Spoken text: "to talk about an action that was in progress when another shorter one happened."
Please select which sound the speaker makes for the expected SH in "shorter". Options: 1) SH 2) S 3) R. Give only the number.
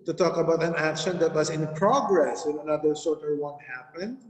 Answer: 2